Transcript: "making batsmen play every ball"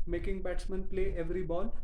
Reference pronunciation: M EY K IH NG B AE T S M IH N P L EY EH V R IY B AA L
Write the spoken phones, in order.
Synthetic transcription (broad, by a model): M EY K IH NG B AE T S M IH N P L EY EH V R IY B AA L